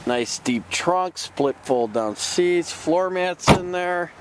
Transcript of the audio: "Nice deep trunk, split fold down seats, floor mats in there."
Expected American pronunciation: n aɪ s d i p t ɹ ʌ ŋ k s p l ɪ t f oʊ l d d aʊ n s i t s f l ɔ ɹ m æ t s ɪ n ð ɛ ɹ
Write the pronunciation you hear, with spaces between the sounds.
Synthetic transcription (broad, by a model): n aɪ s d i p t ɹ ʌ ŋ k s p l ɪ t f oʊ l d d aʊ n s i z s f l ɔ ɹ m æ t s ɪ n ð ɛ ɹ